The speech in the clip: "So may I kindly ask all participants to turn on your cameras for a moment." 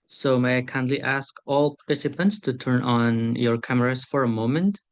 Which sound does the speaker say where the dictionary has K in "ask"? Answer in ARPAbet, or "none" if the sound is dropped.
K